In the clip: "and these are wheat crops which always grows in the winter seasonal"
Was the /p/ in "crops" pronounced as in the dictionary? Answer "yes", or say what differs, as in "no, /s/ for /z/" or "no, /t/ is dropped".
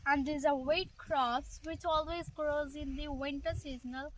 no, /p/ is dropped